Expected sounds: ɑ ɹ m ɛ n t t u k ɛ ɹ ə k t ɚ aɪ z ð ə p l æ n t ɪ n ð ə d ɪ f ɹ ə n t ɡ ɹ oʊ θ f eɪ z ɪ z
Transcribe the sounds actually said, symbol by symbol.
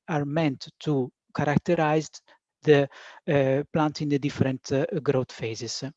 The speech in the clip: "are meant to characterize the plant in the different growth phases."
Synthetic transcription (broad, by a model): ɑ ɹ m ɛ n t t u k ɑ ɹ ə k t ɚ aɪ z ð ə p l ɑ n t ɪ n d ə d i f ɹ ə n t ɡ ɹ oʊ t f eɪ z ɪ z